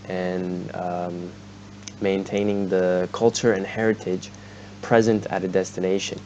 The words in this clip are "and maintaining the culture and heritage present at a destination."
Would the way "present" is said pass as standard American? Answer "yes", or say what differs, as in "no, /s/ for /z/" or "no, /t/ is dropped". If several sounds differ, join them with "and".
yes